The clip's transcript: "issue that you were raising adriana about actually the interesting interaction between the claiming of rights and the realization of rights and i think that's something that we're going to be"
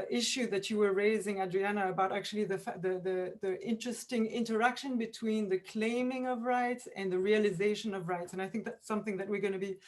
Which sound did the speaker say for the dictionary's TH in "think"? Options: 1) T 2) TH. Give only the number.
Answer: 2